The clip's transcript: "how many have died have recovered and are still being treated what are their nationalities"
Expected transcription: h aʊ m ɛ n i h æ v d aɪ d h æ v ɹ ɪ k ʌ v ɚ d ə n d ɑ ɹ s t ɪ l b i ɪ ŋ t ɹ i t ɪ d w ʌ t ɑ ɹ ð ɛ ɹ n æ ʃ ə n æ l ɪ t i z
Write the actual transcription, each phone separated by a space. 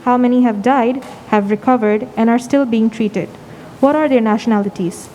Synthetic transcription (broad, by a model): h aʊ m ɛ n i h æ v d aɪ d h æ v ɹ ɪ k ʌ v ɚ d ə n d ɑ ɹ s t ɪ l b i ɪ ŋ t ɹ i t ɪ d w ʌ t ɑ ɹ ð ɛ ɹ n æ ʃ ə n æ l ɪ t i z